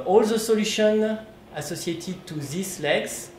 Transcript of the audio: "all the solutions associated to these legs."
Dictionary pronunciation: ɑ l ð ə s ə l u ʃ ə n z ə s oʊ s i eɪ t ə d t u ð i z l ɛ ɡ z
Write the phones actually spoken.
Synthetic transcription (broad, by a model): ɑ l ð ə s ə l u ʃ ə n ə s oʊ s i eɪ t ə d t u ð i s l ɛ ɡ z